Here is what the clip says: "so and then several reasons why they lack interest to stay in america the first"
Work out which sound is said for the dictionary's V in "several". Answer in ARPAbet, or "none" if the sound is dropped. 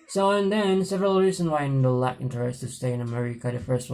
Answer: V